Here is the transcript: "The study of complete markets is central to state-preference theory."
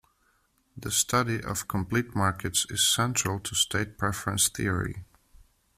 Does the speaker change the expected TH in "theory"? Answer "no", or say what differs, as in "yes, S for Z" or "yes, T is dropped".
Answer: no